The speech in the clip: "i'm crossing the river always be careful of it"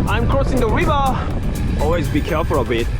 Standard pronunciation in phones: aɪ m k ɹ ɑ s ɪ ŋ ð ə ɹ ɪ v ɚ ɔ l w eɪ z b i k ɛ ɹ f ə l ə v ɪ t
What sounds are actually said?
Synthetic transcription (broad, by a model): aɪ m k ɹ ɑ s ɪ ŋ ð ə ɹ ɪ v ɚ ɔ l w eɪ z b i k ɛ ɹ f ə l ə b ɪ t